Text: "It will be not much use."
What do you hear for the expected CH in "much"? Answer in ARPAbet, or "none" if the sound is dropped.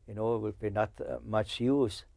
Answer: CH